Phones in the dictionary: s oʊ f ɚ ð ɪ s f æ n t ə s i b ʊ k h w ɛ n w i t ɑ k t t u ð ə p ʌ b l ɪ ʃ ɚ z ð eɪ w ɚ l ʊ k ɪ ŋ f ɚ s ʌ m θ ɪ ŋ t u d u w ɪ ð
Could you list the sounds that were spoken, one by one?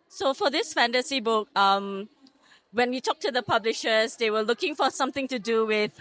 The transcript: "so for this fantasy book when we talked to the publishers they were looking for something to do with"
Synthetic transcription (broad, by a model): s oʊ f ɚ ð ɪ s f æ n t ə s i b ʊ k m w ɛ n w i t ɑ k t t u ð ə p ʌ b l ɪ ʃ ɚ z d eɪ w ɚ l ʊ k ɪ ŋ f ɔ s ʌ m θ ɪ ŋ t u d u w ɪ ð